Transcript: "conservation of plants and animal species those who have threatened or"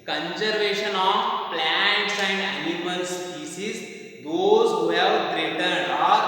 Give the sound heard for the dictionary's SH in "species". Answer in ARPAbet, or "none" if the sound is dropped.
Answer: S